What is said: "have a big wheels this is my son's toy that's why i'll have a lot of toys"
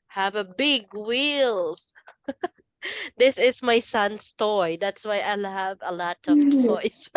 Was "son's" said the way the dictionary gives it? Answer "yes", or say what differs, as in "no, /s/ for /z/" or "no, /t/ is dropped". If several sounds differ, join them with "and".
no, /s/ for /z/